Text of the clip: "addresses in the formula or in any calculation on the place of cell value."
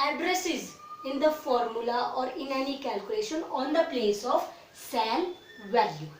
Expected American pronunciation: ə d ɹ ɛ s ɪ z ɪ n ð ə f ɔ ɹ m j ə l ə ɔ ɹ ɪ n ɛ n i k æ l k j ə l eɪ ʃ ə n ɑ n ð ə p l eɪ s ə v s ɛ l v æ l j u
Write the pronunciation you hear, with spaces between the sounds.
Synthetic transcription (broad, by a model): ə d ɹ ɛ s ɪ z ɪ n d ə f ɔ ɹ m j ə l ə ɔ ɹ ɪ n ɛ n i k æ l k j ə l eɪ ʃ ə n ɑ n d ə p l eɪ s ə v s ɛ n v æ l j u